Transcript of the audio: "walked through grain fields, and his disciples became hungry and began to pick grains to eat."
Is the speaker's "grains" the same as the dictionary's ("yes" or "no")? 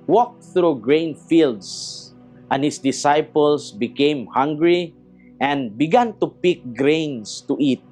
no